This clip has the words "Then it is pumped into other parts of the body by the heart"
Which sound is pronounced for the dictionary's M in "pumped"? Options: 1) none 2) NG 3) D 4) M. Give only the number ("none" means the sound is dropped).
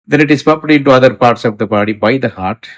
1